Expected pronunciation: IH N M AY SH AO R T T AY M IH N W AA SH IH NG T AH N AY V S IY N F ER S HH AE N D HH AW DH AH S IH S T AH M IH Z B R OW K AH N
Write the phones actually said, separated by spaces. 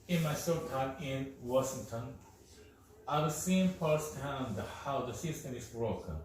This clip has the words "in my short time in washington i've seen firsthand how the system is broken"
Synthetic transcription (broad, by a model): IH N M AY S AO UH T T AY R IH N W AA SH IH NG T AH N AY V S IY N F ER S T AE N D HH AW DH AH S IH S T AH M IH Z B R OW K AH N